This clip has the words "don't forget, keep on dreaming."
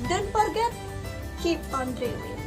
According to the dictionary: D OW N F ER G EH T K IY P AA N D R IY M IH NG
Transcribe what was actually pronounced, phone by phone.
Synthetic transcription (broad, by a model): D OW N P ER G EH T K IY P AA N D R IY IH